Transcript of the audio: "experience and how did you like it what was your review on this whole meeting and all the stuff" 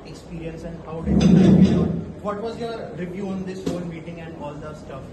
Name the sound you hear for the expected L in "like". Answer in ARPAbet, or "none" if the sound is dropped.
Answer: N